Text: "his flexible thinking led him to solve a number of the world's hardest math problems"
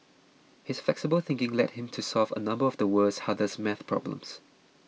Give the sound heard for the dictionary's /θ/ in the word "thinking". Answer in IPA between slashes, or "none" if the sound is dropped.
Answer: /θ/